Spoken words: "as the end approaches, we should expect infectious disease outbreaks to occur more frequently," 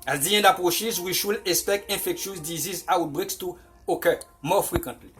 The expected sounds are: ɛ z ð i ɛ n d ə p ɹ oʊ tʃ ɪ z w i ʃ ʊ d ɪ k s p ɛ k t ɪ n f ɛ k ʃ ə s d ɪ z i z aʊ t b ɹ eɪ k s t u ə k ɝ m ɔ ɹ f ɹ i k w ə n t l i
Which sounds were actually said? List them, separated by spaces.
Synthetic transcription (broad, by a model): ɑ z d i ɛ n d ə p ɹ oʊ ʃ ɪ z w i ʃ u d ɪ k s p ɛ k t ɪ f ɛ k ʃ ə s d ɪ z i z aʊ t b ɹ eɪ k s t u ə k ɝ m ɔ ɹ f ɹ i k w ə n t l i